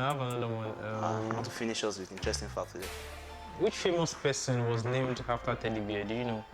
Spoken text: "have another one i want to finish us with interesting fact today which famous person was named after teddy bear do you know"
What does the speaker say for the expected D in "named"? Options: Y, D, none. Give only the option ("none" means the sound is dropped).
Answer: D